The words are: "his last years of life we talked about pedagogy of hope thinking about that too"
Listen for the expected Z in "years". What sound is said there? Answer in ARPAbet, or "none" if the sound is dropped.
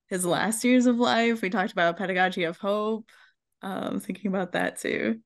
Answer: Z